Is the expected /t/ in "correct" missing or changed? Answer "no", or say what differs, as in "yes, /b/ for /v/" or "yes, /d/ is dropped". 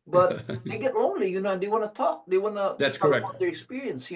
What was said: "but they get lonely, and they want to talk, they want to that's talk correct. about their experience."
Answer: yes, /t/ is dropped